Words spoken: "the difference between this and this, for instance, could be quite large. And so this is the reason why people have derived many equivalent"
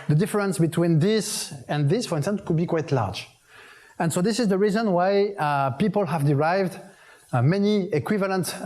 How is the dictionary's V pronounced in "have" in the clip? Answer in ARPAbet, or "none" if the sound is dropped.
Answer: V